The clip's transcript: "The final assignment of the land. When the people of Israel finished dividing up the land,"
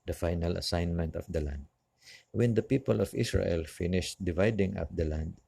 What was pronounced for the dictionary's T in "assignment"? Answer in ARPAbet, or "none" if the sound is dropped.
T